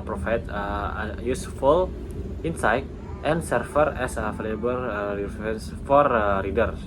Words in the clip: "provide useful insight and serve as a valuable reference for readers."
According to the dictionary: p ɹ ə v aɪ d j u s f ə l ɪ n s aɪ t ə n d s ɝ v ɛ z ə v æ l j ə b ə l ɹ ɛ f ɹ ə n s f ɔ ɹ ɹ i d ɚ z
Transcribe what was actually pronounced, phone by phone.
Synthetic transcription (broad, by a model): p ɹ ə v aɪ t j u s f ə l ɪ n s aɪ t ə n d s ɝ f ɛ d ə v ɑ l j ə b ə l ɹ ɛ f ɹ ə n s f ɔ ɹ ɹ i d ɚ